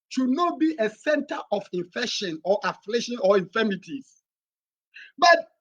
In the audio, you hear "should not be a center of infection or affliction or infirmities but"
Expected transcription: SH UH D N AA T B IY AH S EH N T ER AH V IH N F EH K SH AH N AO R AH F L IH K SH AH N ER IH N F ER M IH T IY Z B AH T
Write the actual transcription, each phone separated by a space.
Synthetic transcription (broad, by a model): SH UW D N AA T B IY AH S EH N T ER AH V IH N F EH K SH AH N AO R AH F L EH SH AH N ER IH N F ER M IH T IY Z B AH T